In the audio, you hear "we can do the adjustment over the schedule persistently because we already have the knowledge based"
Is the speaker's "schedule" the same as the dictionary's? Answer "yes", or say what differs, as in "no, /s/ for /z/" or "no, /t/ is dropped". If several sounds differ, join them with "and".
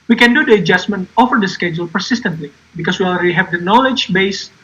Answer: yes